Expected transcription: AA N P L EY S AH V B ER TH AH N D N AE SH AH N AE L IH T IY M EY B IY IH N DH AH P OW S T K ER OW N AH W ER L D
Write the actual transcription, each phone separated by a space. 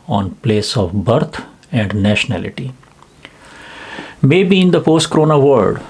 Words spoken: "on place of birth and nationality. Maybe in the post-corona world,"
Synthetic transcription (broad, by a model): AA N P L EY S AH V B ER T AH N D N AE SH AH N AE L IH T IY M EY B IY IH N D AH P OW S T K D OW N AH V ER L D